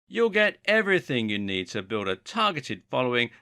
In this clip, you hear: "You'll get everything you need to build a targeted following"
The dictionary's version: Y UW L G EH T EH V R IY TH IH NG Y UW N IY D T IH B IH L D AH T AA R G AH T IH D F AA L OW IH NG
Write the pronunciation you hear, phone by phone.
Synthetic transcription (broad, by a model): Y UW L G EH T EH V R IY TH IH NG Y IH N IY D T IH B IH L D AH T AA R G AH T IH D F AA L OW IH NG